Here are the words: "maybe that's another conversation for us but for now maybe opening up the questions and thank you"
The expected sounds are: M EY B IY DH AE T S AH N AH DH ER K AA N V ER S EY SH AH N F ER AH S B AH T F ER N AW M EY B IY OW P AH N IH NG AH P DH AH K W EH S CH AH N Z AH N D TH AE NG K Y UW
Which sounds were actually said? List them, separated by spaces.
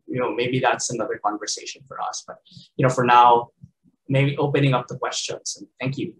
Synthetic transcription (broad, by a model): M EY B IY DH AE T S AH N AH DH ER K AA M V ER S EY SH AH N F ER AH S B AH T F ER N AW M EY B IY OW P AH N IH NG AH P DH AH K W EH S CH AH N Z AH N TH AE NG K Y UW